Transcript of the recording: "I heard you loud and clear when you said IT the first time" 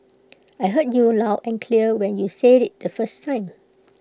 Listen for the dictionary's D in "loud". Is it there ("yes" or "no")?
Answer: no